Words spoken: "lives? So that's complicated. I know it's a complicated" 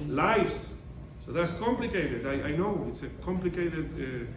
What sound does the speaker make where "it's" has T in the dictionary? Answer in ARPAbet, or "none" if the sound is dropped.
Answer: T